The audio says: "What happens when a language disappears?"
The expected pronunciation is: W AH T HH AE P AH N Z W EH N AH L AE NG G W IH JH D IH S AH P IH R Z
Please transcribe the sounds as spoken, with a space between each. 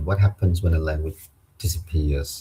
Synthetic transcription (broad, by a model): W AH T HH AE P AH N Z W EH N AH L AE NG G W IH JH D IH S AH P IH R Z